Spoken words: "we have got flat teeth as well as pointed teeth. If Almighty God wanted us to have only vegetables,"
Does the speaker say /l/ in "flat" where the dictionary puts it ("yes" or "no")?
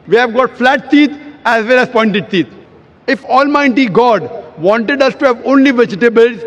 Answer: yes